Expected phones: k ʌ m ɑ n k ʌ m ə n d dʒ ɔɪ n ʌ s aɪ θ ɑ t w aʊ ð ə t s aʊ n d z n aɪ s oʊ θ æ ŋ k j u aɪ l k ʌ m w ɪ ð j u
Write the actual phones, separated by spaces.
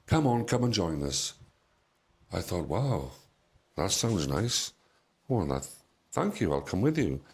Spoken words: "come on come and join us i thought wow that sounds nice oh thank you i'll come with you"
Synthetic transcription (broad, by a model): k ʌ m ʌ n k ʌ m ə n dʒ ɔɪ n ʌ s aɪ θ ɑ t w aʊ ð ə t s aʊ n d z n aɪ s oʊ θ æ ŋ k j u aɪ l k ʌ m w ɪ ð j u